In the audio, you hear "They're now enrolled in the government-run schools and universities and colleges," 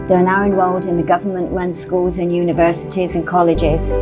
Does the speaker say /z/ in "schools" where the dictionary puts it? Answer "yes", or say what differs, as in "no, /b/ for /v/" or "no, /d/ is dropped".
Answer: yes